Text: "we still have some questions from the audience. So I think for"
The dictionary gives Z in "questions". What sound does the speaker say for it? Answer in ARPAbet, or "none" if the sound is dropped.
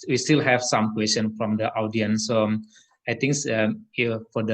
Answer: none